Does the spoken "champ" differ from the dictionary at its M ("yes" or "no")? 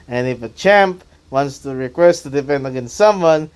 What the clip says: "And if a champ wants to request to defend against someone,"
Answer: no